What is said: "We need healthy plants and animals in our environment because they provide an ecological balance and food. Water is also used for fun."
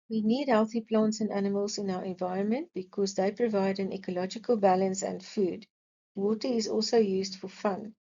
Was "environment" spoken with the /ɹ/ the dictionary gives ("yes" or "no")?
yes